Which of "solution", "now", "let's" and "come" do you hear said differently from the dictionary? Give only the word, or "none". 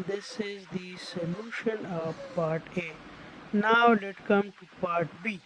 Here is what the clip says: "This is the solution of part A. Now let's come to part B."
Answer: let's